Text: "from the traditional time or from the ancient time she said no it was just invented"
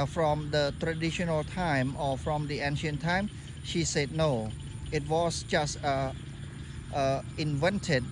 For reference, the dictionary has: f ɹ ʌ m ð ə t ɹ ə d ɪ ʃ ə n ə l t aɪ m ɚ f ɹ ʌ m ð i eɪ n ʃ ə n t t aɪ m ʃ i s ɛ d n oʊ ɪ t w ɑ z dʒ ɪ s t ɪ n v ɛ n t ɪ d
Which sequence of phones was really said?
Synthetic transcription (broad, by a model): f ɹ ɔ m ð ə t ɹ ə d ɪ ʃ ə n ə l t aɪ m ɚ f ɹ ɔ m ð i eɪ n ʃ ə n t t aɪ m ʃ i s ɛ d n oʊ ɪ t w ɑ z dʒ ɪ s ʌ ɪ n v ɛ n t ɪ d